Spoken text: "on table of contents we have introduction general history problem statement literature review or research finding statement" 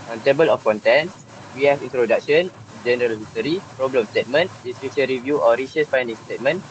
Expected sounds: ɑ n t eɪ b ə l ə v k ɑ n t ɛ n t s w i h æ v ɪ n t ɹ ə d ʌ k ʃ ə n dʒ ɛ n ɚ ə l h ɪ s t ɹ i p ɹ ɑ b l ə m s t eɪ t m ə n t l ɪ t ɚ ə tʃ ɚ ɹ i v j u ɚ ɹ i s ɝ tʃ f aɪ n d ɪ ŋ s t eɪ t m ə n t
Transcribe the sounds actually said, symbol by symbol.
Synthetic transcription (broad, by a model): ɑ n t eɪ b ə l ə f k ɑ n t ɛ n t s w i h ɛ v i n t ɹ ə d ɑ k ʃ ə n dʒ ɛ n ɚ ə l h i s t ɹ i p ɹ ɑ b l ə m s t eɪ t m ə n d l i s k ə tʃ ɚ ɹ i v j u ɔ ɹ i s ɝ s f aɪ n d ɪ ŋ s t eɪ t m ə n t